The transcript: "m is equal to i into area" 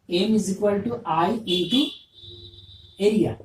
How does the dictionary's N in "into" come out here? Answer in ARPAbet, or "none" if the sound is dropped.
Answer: none